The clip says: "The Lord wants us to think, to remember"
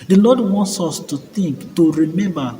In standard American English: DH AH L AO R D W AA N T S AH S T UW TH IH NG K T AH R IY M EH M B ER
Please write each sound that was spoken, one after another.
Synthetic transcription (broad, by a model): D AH L AO D W AA N T S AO S T UW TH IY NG K T AH R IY M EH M B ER